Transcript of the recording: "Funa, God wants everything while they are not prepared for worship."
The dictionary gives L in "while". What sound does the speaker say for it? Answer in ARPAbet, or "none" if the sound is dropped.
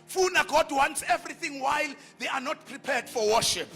L